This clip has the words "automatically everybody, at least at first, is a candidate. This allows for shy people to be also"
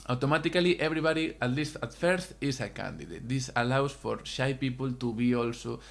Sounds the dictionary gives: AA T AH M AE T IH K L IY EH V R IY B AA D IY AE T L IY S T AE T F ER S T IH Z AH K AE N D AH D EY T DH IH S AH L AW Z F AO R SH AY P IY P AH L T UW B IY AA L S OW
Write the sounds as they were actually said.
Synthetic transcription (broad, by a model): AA T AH M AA T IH K L IY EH B R IY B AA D IY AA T L IY S T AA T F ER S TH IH S AH K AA N D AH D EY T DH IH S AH L AW S F AO R SH AY P IY P AH L T UW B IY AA L S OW